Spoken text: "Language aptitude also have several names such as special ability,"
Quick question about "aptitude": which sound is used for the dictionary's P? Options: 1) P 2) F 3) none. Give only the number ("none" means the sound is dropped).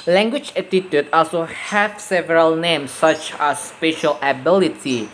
3